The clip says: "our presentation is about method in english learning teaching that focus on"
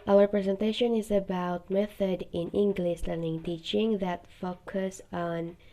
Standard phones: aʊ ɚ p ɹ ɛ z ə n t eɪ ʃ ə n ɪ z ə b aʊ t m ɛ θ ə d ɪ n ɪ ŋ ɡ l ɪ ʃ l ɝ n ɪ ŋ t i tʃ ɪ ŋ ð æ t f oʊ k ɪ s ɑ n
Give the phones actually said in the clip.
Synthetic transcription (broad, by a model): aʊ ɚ p ɹ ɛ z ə n t eɪ ʃ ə n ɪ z ə b aʊ t m ɛ θ ə d ɪ n ɪ ŋ ɡ l ɪ ʃ l ɝ n ɪ ŋ t i tʃ ɪ ŋ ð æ t f oʊ k ɪ s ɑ n